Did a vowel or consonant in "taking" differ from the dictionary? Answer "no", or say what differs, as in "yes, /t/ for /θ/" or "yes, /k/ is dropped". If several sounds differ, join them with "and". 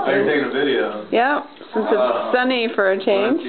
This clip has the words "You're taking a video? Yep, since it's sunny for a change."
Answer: yes, /k/ is dropped